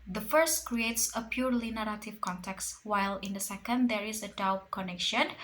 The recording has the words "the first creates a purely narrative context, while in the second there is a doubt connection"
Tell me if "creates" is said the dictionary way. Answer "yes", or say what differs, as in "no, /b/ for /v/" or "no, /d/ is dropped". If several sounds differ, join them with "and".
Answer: yes